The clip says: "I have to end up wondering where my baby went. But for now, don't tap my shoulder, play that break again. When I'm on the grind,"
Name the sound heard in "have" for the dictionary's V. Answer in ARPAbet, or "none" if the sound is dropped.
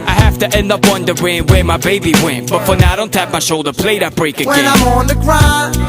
F